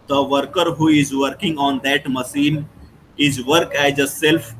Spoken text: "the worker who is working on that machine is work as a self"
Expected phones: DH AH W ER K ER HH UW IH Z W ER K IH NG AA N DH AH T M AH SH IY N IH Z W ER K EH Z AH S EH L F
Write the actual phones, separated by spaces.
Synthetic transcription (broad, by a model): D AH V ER K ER HH UW IH Z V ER K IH NG AA N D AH T M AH S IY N IH Z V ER K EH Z AH S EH L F